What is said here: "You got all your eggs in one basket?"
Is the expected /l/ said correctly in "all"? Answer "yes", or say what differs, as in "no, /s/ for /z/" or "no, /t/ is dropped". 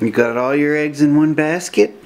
yes